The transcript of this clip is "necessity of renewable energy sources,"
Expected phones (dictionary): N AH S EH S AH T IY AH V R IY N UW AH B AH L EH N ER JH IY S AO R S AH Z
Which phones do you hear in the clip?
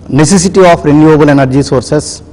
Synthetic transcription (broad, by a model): N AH S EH S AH T IY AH P R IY N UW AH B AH L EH N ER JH IY S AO R S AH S